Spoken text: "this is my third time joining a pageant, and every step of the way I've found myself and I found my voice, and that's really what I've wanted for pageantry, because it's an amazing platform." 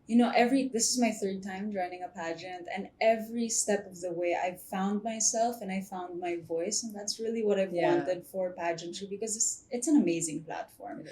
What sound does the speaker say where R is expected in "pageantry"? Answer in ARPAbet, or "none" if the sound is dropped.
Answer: none